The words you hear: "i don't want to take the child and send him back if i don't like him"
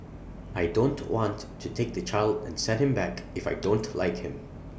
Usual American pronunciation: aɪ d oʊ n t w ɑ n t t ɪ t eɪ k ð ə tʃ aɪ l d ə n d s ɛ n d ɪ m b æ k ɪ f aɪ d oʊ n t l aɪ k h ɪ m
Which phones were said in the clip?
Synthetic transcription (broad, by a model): aɪ d oʊ n t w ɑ n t t ɪ t eɪ k ð ə tʃ aɪ l d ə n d s ɛ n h ɪ m b æ k ɪ f aɪ d oʊ n t l aɪ k h ɪ m